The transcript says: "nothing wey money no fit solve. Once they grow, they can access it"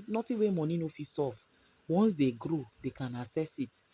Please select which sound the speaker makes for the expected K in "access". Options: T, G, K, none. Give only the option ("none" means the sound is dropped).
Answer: none